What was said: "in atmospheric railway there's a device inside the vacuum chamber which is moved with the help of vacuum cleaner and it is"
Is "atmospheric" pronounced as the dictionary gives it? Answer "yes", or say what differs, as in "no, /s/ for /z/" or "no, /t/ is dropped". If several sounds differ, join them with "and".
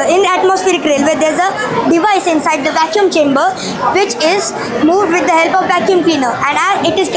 yes